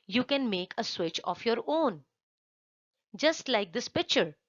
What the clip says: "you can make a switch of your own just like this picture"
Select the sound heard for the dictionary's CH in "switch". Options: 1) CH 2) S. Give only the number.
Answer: 1